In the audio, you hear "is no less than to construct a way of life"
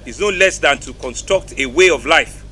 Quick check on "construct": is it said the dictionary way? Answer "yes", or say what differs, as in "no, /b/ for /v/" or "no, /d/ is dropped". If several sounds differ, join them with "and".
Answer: yes